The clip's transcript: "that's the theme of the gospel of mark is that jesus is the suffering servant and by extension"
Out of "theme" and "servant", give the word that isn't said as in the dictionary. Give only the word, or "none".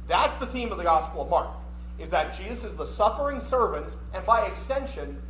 none